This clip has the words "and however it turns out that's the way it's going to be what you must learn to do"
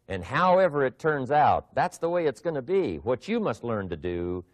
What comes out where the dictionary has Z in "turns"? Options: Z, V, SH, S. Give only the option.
Z